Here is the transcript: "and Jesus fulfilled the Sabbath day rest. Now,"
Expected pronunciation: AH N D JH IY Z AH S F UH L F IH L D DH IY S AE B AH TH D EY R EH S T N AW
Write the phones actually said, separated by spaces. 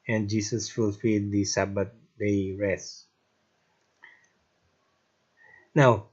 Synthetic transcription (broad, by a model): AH N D JH IY S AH S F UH L F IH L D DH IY S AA B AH T D EY R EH S N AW